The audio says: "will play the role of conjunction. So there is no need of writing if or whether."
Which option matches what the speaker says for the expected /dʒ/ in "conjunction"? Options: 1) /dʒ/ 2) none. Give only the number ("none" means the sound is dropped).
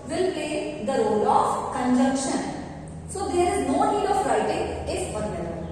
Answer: 1